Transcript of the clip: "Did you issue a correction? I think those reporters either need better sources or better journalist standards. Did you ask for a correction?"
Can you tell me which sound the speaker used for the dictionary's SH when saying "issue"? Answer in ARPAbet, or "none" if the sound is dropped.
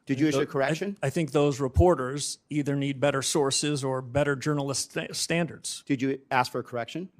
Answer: none